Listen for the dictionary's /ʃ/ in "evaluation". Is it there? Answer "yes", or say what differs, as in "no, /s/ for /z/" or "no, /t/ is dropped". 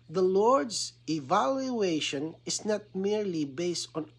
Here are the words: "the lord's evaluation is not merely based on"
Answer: yes